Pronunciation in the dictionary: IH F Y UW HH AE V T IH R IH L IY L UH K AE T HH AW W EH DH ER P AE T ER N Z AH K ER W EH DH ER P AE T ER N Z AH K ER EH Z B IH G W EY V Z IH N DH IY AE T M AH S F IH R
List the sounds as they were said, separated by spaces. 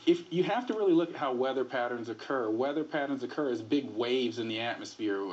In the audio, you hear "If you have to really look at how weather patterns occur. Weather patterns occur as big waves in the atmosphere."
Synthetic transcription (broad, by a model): IH F Y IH HH AE F T IH R IH L IY L UH K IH T HH AW W EH DH ER P AE T ER N Z AH K ER W EH DH ER P AE T ER N Z AH K ER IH Z B IH G W EY V Z IH N DH IY AE T M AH S F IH R